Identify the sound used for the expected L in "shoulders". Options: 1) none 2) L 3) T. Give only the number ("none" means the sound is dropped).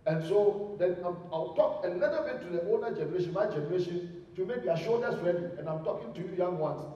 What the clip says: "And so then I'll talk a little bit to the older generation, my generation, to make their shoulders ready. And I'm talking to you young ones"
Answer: 1